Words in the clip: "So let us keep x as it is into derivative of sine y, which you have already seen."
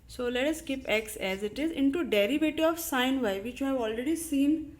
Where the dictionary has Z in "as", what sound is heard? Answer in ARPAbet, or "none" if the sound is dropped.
Z